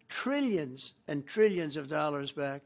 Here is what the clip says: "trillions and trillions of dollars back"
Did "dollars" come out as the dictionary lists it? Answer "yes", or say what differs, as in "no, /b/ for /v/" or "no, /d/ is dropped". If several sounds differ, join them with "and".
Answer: yes